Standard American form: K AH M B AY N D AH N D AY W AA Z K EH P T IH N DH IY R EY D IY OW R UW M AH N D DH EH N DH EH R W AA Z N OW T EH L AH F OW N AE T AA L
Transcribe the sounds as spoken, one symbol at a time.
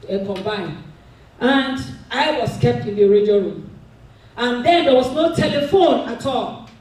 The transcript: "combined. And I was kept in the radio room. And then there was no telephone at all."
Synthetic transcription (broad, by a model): K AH M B AY N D AH N D AY W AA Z K EH P T IH N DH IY R EY D IY OW R UW M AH N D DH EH N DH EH W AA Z N OW T EH L AH F OW N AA T AA L